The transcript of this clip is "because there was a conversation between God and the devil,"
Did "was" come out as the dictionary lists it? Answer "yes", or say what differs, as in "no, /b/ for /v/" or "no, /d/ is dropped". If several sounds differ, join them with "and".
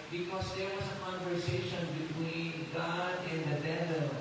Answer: no, /s/ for /z/